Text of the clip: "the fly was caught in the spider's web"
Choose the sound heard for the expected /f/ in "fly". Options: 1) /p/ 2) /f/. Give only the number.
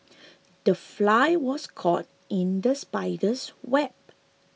2